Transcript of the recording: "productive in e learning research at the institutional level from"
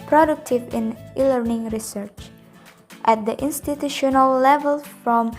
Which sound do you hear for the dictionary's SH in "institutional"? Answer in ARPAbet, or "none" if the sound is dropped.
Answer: SH